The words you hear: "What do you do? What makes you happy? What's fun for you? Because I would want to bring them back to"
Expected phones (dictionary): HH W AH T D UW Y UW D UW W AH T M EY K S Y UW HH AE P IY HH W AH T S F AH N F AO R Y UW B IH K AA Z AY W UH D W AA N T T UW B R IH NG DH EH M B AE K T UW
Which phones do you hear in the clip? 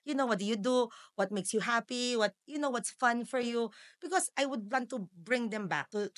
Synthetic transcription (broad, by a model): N W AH T D UW Y UW D UW W AH T M EY K S Y UW HH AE P IY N W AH T S F AH N F AO R Y UW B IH K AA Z AY W UH D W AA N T T UW B R IH NG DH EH M B AE K T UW